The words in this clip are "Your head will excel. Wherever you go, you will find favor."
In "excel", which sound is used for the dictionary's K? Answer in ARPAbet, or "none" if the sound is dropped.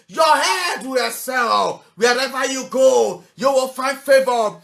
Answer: none